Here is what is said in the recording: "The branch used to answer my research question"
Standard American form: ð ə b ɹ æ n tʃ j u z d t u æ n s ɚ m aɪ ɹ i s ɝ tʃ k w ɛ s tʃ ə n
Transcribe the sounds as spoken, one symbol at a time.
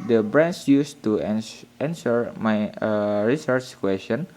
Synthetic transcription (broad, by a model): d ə b ɹ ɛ n s j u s t u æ n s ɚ m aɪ ɹ i s ɝ tʃ k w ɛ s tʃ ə n